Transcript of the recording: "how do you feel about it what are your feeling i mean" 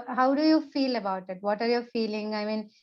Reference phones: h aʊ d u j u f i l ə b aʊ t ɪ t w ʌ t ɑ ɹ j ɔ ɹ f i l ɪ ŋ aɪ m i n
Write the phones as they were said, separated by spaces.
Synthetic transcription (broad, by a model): h aʊ d u j u f i l ə b aʊ t ɪ t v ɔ t ɑ ɹ j ɔ ɹ f i l ɪ ŋ aɪ m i n